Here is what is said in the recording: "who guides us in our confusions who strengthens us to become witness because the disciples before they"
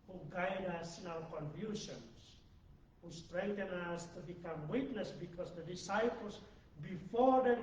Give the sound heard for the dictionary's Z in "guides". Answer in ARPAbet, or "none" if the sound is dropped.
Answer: none